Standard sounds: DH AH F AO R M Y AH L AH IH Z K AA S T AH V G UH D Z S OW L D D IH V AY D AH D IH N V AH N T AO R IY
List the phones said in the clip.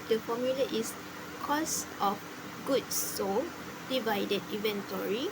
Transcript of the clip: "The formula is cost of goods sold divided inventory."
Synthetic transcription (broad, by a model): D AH F AO M Y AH L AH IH S K AA S T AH F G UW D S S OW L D D IH V AY D AH D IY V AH N T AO R IY